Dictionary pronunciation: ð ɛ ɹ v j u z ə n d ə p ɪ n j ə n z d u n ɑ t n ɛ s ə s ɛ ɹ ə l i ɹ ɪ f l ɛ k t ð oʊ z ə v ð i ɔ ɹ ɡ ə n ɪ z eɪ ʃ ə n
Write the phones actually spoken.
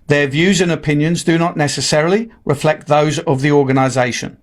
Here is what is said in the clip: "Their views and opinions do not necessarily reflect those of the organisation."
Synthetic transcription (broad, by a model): ð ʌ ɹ v j u z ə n ə p ɪ n j ə n z d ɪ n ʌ t n ɛ s ə s ɛ ɹ ə l i ɹ ɪ f l ɛ k t ð oʊ z ə v ð i ɔ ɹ ɡ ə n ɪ z eɪ ʃ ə n